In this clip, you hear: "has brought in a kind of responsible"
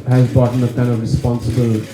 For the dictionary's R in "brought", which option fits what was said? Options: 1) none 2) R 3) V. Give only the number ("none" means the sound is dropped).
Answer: 1